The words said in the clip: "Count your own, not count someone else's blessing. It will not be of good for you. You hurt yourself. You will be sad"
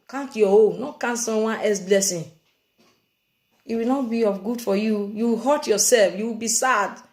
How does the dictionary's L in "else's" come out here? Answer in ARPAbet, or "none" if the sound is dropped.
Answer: none